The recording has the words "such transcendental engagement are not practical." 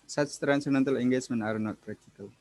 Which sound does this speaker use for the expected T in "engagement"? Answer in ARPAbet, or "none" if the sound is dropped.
none